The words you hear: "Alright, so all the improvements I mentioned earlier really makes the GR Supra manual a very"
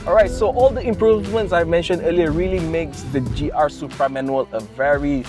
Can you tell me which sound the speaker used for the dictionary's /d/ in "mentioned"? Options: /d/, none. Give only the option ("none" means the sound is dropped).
/d/